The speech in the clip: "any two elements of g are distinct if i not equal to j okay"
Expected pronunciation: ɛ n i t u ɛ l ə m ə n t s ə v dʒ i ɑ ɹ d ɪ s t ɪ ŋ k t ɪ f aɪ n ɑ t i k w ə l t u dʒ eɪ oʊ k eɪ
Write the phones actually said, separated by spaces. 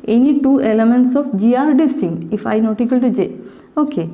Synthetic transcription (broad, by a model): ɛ n i t u ɛ l ə m ə n t s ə f dʒ i ɑ ɹ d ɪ s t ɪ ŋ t ɪ f aɪ n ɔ t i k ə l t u dʒ eɪ oʊ k eɪ